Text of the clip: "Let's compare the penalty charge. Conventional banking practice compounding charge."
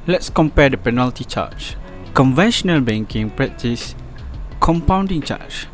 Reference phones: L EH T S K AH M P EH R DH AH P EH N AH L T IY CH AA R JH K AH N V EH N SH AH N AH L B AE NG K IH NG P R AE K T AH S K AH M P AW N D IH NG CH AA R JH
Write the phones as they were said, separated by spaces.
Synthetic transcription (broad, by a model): L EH T S K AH M P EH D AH P EH N AH L T IY CH AA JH K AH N V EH N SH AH N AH L B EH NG K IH NG P R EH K T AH S K AH M P AW N D IH NG CH AA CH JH